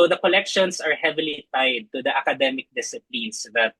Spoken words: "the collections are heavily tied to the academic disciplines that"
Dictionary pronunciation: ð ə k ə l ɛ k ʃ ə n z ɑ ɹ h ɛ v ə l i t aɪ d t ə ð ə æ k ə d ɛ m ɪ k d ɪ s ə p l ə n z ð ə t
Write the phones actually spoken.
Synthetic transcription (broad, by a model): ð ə k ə l ɛ k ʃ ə n s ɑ ɹ h ɛ v ə l i t aɪ d t ə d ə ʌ k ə d ɛ m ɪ k d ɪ s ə p l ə n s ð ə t